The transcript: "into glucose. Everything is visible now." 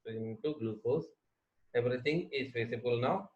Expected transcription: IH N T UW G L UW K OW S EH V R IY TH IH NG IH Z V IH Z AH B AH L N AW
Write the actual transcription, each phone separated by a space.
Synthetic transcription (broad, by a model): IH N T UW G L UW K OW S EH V R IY T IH NG IH Z F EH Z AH B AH L N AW